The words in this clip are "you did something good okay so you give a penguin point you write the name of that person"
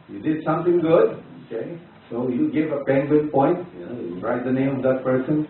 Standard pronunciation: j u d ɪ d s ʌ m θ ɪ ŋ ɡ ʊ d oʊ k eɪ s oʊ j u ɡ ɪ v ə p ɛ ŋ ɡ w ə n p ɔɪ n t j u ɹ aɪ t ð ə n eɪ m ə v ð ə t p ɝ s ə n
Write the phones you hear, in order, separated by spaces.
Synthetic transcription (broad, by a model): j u d ɪ d s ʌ m t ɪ ŋ ɡ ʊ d oʊ k eɪ s oʊ j u ɡ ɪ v ə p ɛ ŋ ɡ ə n p ɔɪ n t j u ɹ aɪ t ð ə n eɪ m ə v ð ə t p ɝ s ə n